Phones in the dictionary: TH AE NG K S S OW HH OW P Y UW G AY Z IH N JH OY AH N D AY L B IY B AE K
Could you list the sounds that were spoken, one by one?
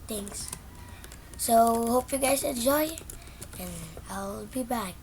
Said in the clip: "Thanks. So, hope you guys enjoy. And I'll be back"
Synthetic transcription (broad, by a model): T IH NG S S OW HH OW P Y UW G AY S IH N JH OY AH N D AY L B IY B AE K